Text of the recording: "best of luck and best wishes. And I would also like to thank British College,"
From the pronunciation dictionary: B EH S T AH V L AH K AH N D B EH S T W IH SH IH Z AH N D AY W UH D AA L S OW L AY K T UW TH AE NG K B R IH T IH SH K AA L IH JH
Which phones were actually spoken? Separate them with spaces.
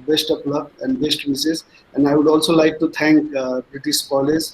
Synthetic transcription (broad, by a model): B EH S T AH P L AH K AH N D B EH S T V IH S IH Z AH N D AY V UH D AA L S OW L AY K T UW T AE NG K B R IH T IH SH K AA L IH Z